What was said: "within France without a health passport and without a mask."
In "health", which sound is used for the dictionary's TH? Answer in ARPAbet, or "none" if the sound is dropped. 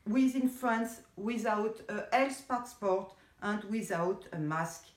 S